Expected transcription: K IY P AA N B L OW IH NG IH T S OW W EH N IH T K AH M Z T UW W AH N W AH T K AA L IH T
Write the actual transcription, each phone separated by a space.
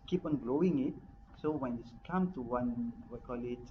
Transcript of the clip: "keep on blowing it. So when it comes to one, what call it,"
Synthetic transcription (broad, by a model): K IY P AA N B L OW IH NG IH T S OW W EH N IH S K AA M T UW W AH N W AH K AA L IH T